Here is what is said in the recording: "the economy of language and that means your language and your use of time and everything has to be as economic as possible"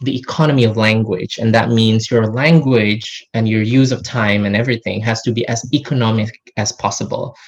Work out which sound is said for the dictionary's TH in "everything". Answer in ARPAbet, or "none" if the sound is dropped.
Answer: TH